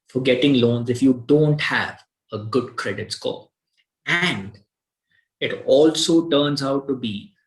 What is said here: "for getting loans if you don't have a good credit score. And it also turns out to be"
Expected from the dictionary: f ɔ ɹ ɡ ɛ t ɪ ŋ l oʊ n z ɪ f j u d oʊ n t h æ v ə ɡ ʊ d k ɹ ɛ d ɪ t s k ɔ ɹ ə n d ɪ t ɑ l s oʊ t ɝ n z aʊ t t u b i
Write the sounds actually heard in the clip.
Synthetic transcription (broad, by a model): f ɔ ɹ ɡ ɛ t ɪ ŋ l oʊ n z ɪ f j u d oʊ n t h æ v ə ɡ ʊ d k ɹ ɛ d ɪ t s k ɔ l ə n d ɪ t ɑ l s oʊ t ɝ n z aʊ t t u b i